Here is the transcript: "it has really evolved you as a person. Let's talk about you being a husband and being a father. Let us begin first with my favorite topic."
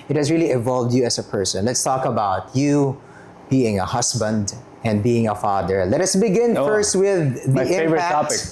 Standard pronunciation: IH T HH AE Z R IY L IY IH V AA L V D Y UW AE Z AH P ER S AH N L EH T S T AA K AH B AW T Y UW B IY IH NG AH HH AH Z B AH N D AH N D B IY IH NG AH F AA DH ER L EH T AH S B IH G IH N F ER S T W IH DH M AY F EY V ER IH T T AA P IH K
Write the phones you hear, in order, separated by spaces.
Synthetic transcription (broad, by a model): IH T HH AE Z R IY L IY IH V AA L V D Y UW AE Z AH P ER S AH N L EH T S T AA K AH B AW T Y UW B IY IH NG AH HH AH S B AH N D AH N D B IY IH NG AH F AA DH ER L EH T AH S B IH G IH N F ER S T W IH DH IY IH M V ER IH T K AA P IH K